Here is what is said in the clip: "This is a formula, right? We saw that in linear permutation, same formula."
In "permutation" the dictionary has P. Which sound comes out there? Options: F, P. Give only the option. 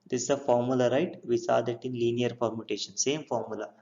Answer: F